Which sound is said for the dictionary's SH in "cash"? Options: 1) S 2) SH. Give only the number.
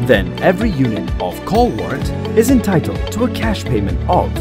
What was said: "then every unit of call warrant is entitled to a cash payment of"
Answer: 2